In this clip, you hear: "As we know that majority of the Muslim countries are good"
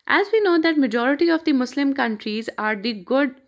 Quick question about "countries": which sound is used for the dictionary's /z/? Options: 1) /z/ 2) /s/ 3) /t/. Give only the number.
1